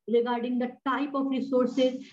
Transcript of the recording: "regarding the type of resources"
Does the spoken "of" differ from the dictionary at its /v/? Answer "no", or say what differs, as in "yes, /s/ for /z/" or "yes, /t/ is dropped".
yes, /f/ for /v/